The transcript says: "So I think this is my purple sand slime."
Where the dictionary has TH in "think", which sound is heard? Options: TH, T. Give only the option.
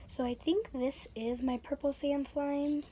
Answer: TH